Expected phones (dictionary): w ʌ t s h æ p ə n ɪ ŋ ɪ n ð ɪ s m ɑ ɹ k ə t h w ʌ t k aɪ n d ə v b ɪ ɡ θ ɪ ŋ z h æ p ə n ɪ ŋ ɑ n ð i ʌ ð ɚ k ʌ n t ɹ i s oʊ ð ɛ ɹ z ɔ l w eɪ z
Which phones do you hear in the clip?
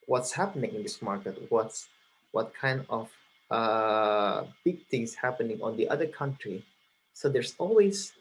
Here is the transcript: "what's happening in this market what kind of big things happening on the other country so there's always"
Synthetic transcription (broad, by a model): w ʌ t s h æ p ə n ɪ ŋ ɪ n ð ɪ s m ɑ ɹ k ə t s w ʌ t k aɪ n d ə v b ɪ ɡ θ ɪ ŋ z h æ p ə n ɪ ŋ ɑ n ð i ʌ ð ɚ k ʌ n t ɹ i s oʊ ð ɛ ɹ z ɔ l w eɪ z